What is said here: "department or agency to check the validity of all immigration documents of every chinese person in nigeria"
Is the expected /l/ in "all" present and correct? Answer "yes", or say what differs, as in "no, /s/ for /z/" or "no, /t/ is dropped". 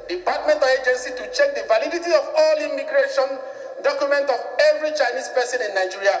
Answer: yes